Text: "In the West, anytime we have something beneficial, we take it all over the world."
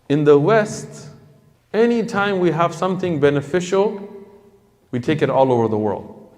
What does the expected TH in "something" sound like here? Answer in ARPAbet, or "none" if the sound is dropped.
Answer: TH